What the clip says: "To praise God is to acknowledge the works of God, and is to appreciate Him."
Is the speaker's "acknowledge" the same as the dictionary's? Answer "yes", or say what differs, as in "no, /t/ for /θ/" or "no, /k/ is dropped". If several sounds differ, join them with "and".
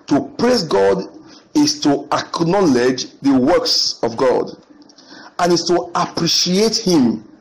yes